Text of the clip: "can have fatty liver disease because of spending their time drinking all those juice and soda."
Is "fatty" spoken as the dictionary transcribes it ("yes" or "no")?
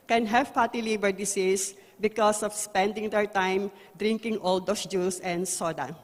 no